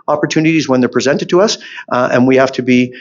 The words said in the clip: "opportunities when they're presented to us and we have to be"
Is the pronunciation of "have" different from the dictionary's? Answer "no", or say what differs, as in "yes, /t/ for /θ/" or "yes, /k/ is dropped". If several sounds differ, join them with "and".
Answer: yes, /f/ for /v/